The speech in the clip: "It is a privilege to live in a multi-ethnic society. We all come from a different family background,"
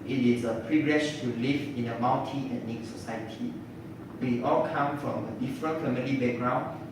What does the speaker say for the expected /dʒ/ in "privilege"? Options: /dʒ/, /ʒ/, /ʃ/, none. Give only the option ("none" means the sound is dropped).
/ʃ/